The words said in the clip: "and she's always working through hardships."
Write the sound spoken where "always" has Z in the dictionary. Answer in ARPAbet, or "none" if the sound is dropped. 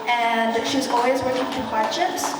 Z